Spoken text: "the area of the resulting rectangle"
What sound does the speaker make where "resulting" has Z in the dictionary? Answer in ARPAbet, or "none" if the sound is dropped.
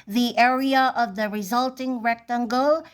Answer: Z